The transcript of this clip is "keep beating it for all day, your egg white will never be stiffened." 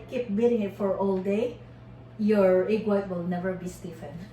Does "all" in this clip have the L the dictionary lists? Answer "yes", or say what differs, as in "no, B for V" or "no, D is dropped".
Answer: yes